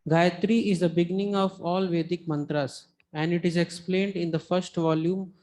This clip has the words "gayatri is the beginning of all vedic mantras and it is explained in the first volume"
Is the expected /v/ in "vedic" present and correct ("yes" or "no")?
yes